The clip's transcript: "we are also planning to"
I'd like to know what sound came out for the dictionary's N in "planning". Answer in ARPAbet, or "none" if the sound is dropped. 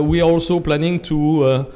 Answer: N